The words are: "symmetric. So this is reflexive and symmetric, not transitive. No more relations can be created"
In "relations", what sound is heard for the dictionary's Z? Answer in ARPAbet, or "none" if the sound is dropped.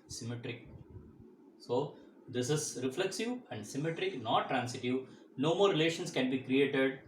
S